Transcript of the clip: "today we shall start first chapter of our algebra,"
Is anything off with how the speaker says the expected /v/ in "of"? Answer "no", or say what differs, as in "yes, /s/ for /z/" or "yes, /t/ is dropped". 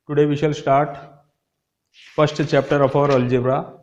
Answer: yes, /p/ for /v/